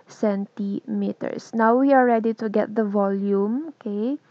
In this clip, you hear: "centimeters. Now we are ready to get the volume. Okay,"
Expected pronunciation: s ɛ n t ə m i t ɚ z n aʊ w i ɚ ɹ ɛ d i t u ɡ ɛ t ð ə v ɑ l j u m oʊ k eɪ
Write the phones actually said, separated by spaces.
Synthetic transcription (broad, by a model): s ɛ n t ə m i t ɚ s n aʊ w i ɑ ɹ ɛ d i t u ɡ ɛ t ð ə v ɑ l j u m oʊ k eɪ